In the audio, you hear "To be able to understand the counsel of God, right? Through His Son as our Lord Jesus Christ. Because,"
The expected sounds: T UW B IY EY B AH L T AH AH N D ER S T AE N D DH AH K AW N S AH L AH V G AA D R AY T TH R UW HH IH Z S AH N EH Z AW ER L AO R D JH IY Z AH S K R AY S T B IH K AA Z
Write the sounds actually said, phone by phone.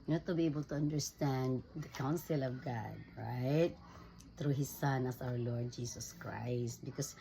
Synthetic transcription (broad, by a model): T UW B IY EY B AH L T AH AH N D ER S T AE N D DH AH K AW N S AH L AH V G AA D R AY T T R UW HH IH S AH N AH S AW ER L AO R D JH IY S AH S K R AY S T B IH K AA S